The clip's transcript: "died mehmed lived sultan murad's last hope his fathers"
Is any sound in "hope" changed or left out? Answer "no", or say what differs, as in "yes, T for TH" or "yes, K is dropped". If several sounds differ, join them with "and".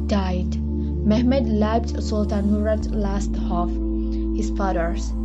yes, F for P